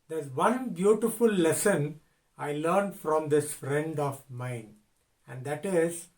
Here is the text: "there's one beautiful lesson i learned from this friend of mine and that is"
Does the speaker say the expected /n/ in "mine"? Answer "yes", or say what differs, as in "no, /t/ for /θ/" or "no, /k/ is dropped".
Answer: yes